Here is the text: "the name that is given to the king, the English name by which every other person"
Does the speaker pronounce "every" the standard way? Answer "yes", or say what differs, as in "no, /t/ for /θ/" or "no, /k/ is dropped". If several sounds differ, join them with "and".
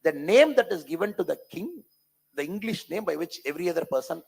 yes